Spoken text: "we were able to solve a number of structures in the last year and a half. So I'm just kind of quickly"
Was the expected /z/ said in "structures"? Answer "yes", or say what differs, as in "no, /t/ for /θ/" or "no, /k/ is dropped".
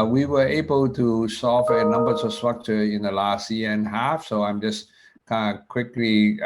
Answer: no, /z/ is dropped